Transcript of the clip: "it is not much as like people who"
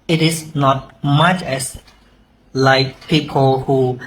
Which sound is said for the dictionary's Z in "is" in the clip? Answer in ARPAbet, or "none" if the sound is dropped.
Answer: S